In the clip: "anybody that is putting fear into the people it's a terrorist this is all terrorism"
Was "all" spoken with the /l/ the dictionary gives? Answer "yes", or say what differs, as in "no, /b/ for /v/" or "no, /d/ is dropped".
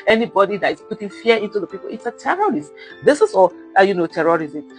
no, /n/ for /l/